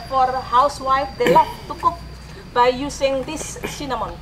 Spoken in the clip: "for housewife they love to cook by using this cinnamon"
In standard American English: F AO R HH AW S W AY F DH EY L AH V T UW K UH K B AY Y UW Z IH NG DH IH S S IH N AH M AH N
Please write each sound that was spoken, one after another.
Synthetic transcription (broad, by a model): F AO R HH AW S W AY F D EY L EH F T UW K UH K B AY Y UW S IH NG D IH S S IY N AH M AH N